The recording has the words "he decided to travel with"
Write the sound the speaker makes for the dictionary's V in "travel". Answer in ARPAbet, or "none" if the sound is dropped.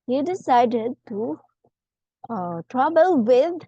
B